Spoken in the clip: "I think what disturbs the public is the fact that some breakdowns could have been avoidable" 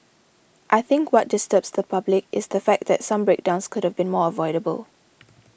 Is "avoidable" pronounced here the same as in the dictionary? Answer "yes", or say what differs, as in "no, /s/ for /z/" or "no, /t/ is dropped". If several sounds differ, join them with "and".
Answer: yes